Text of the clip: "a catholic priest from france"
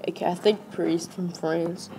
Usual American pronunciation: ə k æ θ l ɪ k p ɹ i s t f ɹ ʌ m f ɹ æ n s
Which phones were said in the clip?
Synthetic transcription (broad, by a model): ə k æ θ ɪ k p ɹ i s t f ɹ ʌ m f ɹ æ n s